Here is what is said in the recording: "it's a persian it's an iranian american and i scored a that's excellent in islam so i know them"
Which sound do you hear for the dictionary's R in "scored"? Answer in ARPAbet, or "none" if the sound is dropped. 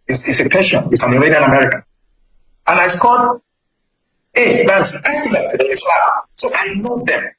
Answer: L